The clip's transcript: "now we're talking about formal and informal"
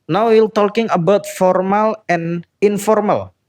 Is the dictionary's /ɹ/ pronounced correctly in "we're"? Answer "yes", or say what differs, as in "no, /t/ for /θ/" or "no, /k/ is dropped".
no, /l/ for /ɹ/